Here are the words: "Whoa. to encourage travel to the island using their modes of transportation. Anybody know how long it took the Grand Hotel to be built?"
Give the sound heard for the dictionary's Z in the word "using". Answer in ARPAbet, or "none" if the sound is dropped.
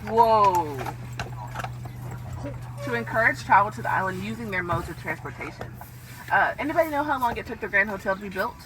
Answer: Z